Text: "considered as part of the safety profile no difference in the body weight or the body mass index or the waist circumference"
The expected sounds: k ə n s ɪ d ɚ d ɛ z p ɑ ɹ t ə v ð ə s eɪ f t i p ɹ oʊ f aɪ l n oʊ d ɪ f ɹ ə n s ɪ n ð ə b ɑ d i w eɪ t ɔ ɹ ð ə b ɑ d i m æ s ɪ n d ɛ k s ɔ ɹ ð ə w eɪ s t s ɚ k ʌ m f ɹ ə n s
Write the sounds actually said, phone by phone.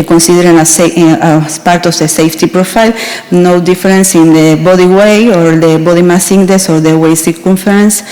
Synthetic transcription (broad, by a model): k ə n s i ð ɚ d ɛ s p ɑ ɹ t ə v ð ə s eɪ f t i p ɹ oʊ f aɪ l n oʊ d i f ɹ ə n s ɪ n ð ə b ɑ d i w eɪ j ɔ ɹ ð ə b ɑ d i m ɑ s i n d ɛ s ɔ ɹ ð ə w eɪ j s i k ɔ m f ɹ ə n s